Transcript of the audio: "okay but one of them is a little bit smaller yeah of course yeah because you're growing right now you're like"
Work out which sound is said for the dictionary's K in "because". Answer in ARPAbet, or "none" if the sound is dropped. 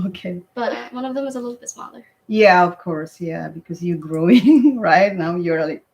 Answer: K